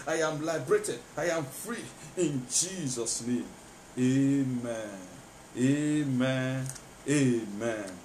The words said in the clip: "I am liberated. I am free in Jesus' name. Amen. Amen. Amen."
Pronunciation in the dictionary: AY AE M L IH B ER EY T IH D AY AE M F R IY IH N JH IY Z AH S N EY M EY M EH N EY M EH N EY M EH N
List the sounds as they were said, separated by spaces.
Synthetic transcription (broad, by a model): AY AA M L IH B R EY T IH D AY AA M F R IY IH N JH IY Z AH S N EY M EY M EH N EY M EH N EY M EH N